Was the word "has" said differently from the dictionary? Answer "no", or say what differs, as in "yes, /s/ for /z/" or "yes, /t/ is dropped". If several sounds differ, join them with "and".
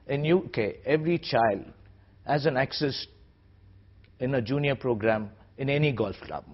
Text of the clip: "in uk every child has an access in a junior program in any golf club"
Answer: no